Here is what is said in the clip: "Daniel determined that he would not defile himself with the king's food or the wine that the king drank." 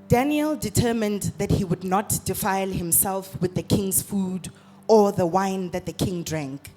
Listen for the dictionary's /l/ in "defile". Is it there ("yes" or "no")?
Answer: yes